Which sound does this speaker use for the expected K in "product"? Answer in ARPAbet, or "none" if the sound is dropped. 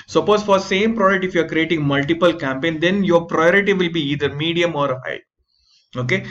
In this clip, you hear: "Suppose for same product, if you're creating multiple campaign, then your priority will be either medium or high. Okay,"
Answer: none